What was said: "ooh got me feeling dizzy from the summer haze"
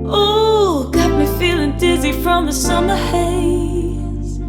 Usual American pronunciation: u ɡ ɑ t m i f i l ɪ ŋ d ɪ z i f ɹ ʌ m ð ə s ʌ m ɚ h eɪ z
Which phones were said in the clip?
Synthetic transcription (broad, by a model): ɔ ɡ ɑ t m i f i l ɪ ŋ d ɪ z i f ɹ ʌ m ð ə s ʌ m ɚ h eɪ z